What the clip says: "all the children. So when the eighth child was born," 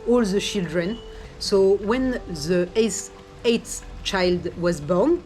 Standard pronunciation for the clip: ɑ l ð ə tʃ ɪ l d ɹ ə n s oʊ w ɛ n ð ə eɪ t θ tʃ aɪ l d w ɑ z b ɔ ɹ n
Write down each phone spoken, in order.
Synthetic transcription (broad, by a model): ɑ l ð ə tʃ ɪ l d ɹ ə n s oʊ w ɛ n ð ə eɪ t s tʃ aɪ l d w ɑ z b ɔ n